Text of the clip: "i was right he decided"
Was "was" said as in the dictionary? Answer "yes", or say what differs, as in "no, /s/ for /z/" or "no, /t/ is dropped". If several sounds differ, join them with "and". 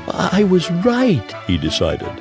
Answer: yes